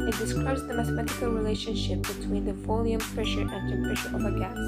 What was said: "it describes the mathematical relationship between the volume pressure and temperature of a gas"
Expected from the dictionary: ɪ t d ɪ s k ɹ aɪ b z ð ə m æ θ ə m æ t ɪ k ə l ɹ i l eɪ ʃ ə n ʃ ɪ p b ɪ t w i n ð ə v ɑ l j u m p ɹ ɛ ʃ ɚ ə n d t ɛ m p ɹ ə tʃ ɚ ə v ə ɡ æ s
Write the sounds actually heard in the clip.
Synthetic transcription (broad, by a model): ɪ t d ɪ s k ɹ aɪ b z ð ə m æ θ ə m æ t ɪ k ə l ɹ i l eɪ ʃ ə n ʃ ɪ p b ɪ t w i n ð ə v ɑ l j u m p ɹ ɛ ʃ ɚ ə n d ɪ p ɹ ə ʃ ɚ ə v ə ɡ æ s